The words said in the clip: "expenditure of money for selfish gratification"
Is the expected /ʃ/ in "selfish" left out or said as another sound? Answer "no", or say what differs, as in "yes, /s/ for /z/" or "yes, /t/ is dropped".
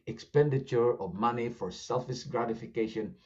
yes, /s/ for /ʃ/